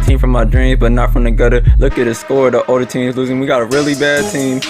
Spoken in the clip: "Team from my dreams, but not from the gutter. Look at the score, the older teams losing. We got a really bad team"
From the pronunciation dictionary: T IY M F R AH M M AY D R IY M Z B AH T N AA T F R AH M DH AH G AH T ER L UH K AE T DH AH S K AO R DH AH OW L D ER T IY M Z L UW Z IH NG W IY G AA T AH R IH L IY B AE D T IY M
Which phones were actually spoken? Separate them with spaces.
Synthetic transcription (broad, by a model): T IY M F R AH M M AY D R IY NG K B AH T N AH T F R AH M DH AH G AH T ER L UH K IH T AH S K AO R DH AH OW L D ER T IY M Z L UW Z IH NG W IY G AA T AH R IH L IY B AE D T IY M